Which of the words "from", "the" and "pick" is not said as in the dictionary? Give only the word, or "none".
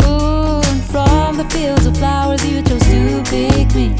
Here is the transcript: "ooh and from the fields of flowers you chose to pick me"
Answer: pick